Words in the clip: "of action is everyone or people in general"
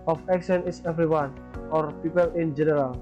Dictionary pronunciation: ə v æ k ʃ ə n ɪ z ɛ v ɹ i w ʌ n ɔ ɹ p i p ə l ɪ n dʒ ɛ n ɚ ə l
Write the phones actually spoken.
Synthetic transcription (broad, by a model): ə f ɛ k s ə n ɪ s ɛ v ɹ i w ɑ n ɔ ɹ p i p ə l ɪ n dʒ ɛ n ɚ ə l